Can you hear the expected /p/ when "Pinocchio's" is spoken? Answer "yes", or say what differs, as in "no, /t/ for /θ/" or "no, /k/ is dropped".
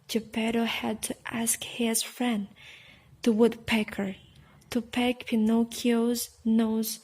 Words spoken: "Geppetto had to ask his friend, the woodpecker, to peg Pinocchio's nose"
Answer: yes